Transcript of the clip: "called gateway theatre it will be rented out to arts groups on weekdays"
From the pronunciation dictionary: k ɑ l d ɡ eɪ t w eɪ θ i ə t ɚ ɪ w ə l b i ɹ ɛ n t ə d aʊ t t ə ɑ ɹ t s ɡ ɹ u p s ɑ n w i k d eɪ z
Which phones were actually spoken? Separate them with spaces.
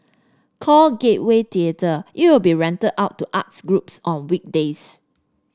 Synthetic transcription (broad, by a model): k ɑ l ɡ eɪ t w eɪ t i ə t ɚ ɪ w ə l b i ɹ ɛ n t ə d aʊ t t ɑ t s ɡ ɹ u p s ɑ n w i k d eɪ s